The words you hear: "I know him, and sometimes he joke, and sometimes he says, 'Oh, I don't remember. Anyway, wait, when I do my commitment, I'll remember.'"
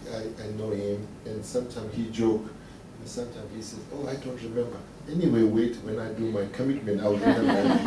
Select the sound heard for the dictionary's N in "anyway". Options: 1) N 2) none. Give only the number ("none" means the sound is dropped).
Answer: 1